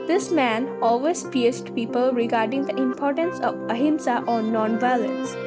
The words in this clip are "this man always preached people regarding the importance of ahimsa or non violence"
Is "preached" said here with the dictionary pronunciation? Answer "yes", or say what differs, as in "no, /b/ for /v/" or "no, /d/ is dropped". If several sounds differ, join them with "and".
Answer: no, /ɹ/ is dropped and /s/ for /tʃ/